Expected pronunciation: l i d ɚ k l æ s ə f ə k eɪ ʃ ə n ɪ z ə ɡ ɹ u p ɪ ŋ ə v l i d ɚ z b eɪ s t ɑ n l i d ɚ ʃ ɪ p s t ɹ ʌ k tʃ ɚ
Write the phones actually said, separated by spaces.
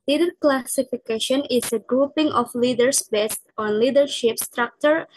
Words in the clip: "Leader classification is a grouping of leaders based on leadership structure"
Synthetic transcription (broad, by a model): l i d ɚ k l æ s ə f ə k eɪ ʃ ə n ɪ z ə ɡ ɹ u p ɪ ŋ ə f l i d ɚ s b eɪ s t ɑ n l i d ɚ ʃ ɪ p s t ɹ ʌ k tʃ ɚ